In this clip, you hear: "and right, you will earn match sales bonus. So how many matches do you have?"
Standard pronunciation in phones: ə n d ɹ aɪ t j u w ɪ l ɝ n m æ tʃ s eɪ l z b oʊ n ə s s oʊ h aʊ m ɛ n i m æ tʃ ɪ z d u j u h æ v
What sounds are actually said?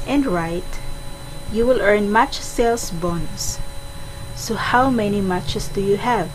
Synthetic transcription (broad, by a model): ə n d ɹ aɪ t j u w ɪ l ɝ n m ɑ tʃ s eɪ l s b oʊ n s s oʊ h aʊ m ɛ n i m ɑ tʃ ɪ s d u j u h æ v